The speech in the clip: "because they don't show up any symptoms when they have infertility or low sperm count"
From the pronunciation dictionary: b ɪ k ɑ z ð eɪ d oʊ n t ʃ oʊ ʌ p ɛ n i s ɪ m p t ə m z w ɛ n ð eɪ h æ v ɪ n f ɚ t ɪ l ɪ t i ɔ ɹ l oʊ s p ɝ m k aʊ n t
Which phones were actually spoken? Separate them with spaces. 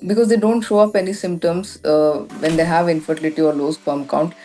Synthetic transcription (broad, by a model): b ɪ k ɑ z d eɪ d oʊ n t ʃ oʊ ʌ p ɛ n i s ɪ m p t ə m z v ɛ n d eɪ h æ v ɪ n f ɚ t ɪ l ɪ t i ɔ ɹ l oʊ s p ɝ m k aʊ n t